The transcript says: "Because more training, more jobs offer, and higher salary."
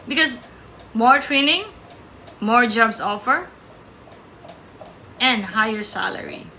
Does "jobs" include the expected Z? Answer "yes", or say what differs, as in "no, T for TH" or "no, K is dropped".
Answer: no, S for Z